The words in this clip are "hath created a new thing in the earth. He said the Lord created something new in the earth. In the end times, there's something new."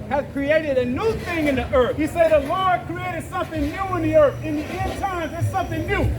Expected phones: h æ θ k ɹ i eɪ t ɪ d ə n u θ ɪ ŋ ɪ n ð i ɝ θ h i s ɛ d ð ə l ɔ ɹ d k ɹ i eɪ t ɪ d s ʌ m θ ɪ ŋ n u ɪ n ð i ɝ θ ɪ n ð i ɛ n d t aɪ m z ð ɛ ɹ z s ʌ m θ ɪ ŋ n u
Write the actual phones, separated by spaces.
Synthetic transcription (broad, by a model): h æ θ k ɹ i eɪ t ɪ d ə n u θ ɪ ŋ ɪ n ð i ɝ θ h i s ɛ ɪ ð ə l ɔ ɹ d k ɹ i eɪ t ɪ d s ʌ m θ ɪ ŋ n u ɪ n ð i ɝ θ ɪ n ð i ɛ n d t aɪ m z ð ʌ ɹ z s ʌ m θ ɪ ŋ n u